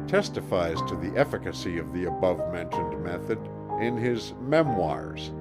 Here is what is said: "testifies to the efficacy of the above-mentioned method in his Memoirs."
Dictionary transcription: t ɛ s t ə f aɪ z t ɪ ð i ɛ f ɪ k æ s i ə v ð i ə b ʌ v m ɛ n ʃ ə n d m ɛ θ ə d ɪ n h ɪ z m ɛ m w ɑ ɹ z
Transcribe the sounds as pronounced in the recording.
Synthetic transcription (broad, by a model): t ɛ s t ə f aɪ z t ɪ ð i ɛ f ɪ k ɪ s i ə v ð i ə b ʌ v m ɛ n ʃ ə n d m ɛ θ ə d ɪ n ɪ z m ɛ m w ɑ ɹ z